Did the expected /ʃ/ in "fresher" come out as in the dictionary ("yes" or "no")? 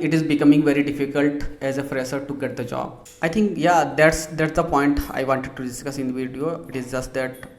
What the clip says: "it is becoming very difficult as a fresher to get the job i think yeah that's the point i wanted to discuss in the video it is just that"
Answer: no